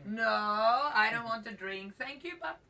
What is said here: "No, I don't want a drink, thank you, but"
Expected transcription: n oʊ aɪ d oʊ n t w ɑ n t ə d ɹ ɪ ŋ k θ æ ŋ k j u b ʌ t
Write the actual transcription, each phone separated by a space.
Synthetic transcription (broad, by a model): n oʊ aɪ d oʊ n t w ɑ n t ə d ɹ ɪ ŋ k θ æ ŋ k j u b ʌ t